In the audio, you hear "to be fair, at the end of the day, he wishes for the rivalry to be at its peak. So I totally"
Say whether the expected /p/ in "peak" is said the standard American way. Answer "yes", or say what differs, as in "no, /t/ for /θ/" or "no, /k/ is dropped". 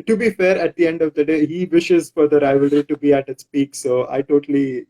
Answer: yes